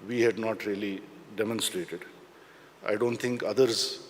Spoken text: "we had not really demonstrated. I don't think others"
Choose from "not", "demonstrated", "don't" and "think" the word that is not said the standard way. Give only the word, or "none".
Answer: think